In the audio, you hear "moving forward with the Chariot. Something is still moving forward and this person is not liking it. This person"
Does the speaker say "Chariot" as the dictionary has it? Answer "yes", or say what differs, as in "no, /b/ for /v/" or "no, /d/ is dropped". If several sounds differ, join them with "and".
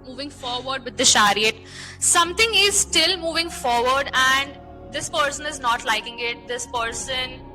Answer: no, /ʃ/ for /tʃ/